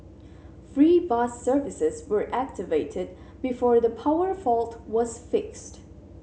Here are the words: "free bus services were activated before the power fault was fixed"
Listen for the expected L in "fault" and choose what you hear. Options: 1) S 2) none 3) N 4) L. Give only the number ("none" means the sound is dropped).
4